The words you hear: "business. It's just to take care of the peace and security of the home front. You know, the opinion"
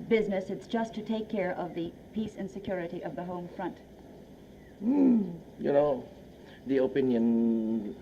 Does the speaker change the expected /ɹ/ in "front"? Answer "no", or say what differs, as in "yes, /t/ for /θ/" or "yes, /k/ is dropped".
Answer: no